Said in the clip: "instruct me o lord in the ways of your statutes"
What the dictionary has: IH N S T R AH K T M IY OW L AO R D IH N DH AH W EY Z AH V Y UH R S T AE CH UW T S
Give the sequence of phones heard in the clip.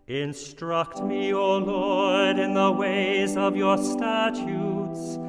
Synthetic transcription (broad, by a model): IH N S T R AH K T M IY OW L AO R D IH N DH AH W EY Z AH V Y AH R S T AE CH UW T S